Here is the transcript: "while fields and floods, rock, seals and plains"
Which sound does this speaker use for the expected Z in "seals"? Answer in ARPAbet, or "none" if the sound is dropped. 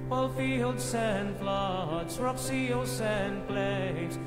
S